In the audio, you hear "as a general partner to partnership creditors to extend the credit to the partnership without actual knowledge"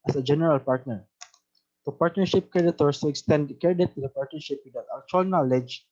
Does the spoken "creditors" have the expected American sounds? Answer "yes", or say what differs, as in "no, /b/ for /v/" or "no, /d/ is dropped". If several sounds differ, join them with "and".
no, /s/ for /z/